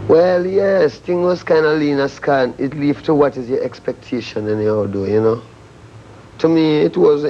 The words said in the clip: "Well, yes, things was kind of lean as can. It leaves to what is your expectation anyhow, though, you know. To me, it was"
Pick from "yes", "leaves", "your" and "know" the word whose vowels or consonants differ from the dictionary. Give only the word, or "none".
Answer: leaves